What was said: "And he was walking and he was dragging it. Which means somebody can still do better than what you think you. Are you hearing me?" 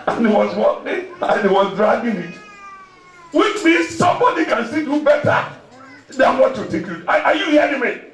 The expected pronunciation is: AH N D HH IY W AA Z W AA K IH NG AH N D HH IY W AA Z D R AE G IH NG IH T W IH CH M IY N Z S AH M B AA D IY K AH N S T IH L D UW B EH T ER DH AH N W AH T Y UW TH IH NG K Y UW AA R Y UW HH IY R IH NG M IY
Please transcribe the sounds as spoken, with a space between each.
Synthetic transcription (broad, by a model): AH N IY W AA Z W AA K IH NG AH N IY W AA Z D R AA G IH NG IH T W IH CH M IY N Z S AH M B AA D IY K AH N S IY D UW B EH T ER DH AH N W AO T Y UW T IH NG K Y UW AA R Y UW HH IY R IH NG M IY